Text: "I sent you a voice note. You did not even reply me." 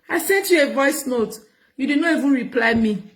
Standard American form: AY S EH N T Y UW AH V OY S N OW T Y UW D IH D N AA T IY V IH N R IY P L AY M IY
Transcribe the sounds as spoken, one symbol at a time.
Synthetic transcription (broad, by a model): AY S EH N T Y UW AH V OY S N OW T Y UW D IH D N AA T IY V IH N R IY P L AY M IY